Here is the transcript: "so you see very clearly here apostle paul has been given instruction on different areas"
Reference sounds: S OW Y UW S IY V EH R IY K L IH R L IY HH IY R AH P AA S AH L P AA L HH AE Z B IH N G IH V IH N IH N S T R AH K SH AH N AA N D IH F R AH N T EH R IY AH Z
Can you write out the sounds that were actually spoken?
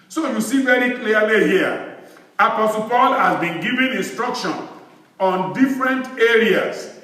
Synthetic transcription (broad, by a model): S OW Y UW S IY V EH R IY K L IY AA L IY HH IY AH AH P AA S AH L P AA L HH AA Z B IH N G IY V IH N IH N S T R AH K SH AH N AA N D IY F R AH N T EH R IY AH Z